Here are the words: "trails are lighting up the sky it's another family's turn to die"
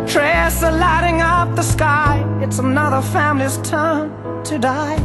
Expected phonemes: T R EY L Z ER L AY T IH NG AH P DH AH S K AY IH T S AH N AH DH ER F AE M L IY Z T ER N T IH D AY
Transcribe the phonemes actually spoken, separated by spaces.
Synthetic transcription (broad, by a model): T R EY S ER L AY T IH NG AH P DH AH S K AY IH T S AH N AH DH ER F AE M L IY Z T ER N T IH D AY